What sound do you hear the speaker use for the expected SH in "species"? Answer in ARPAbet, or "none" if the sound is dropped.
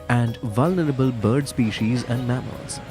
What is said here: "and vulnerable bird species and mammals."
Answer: SH